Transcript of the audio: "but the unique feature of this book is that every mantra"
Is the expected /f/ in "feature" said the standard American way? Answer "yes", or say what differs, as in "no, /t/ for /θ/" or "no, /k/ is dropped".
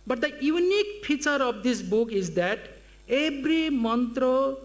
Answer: no, /p/ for /f/